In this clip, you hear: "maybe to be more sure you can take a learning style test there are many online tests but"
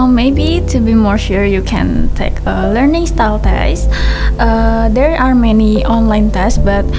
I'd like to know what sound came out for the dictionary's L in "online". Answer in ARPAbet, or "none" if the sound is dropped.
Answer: L